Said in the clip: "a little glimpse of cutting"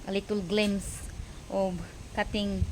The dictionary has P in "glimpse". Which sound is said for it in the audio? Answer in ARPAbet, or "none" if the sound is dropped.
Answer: none